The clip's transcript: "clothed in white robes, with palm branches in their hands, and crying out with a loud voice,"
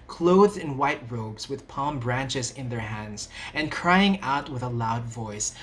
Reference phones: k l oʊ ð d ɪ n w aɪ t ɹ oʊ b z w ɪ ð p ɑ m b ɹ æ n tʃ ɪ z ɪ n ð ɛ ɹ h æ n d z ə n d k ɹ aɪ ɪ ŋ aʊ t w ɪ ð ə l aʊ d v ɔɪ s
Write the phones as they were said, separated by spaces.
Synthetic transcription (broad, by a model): k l oʊ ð d ɪ n w aɪ t ɹ oʊ b z w ɪ ð p ɑ m b ɹ æ n tʃ ɪ z ɪ n ð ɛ ɹ h æ n d z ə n k ɹ aɪ ɪ ŋ aʊ t w ɪ ð ə l aʊ d v ɔɪ s